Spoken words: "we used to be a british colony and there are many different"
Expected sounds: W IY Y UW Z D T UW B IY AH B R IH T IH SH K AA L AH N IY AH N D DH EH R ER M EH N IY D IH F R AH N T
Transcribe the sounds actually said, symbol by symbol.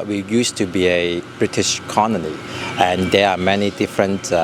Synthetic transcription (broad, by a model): W IY Y UW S T UW B IY AH B R IH T IH SH K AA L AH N IY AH N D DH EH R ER M EH N IY D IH F R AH N T